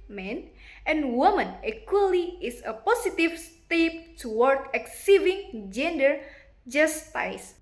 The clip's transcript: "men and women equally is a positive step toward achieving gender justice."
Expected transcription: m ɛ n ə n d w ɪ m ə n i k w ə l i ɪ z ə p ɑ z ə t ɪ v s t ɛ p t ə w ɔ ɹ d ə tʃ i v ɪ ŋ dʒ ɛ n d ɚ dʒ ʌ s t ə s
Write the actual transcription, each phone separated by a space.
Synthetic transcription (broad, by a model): m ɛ n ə n w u m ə n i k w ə l i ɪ s ə p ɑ s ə t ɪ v s t ɛ p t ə w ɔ ɹ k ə s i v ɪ ŋ dʒ ɛ n d ɚ dʒ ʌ s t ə s